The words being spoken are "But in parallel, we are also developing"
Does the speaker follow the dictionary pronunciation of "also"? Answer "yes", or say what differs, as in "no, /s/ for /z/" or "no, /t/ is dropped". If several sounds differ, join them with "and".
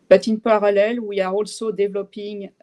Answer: yes